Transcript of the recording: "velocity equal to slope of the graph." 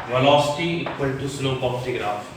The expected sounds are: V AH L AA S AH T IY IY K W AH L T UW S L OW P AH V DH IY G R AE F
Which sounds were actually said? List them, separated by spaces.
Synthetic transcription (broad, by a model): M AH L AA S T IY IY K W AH N T UW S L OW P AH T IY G R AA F